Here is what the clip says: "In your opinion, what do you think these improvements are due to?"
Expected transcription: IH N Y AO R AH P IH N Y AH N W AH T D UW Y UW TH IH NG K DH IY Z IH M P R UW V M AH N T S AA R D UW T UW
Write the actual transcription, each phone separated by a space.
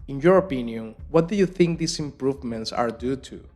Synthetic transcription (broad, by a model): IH N Y AO R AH P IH N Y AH N W AH T D UW Y UW TH IH NG K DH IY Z IH M P R UW V M AH N T S AA R D UW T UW